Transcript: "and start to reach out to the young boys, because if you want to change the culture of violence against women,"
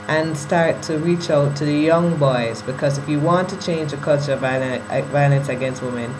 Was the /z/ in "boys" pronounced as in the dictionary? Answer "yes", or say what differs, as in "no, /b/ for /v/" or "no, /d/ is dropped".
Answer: yes